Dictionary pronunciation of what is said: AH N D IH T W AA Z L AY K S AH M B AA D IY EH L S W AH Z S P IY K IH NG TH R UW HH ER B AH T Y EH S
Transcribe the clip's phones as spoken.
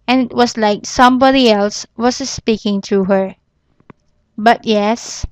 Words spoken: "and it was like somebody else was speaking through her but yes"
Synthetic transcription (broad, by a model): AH N IH T W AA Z L AY K S AH M B AA D IY EH L S W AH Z S P IY K IH NG T R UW HH ER B AH T Y EH S